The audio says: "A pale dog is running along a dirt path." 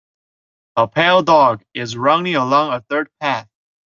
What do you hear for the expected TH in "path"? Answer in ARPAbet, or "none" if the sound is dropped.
TH